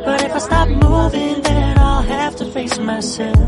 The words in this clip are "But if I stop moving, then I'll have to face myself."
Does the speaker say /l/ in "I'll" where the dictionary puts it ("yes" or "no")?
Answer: yes